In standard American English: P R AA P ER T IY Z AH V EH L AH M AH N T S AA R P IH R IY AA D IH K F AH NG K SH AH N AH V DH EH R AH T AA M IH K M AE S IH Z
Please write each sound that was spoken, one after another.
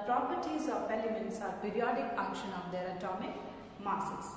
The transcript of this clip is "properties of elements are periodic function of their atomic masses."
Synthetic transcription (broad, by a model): P R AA P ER T IY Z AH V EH L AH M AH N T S AA R P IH R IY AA D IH K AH K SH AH N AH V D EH R AH T AA M IH K M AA S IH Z